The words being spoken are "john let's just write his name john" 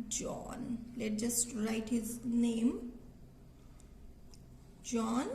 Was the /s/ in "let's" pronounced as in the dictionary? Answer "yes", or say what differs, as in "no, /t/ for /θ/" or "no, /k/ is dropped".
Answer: no, /s/ is dropped